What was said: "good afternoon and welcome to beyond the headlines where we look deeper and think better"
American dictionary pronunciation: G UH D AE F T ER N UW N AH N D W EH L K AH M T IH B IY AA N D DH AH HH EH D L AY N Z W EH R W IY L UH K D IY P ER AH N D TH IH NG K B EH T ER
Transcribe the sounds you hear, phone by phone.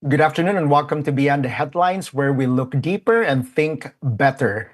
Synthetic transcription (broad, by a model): G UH D AE F T ER N UW N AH N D W EH L K AH M T IH B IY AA N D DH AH HH EH D L AY N S W EH R W IY L UH K D IY P ER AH N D TH IH NG K B EH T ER